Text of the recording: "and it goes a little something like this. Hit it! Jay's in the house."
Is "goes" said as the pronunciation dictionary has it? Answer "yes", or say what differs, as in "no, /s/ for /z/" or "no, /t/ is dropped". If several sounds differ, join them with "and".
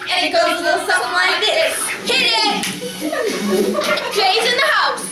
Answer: no, /z/ is dropped